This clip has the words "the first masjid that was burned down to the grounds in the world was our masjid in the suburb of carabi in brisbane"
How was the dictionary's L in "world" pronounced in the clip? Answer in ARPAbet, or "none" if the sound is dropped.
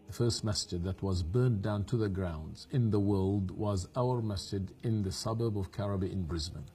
L